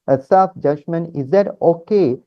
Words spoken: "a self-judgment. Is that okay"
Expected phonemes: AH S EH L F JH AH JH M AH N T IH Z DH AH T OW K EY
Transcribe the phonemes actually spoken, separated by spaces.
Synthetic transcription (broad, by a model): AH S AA F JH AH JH M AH N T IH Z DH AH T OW K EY